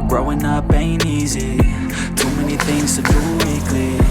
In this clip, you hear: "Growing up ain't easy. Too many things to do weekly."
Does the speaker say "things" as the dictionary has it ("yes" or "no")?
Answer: yes